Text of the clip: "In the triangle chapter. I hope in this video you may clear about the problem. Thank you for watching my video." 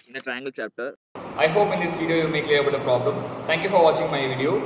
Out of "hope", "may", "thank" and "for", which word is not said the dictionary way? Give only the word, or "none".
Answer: thank